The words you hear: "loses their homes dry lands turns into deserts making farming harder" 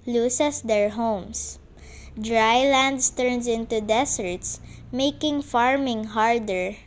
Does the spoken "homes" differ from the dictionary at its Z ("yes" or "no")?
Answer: yes